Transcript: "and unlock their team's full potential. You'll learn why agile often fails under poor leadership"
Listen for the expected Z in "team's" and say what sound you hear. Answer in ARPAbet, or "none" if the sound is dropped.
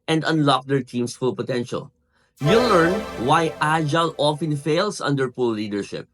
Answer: S